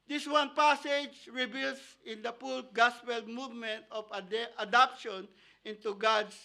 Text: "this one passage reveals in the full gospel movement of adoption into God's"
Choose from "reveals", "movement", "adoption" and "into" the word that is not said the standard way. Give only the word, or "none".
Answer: reveals